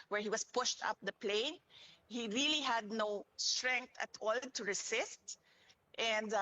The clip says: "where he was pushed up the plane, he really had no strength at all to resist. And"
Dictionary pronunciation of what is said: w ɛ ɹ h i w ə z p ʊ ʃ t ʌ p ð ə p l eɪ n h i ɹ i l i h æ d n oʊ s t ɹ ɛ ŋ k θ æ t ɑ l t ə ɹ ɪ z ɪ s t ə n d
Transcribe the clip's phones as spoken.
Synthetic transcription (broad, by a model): w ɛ ɹ h i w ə s p ʊ ʃ t ʌ p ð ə p l eɪ n h i ɹ i l i h æ d n oʊ s t ɹ ɛ ŋ k t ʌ t ɑ l t ə ɹ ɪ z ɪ s t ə n d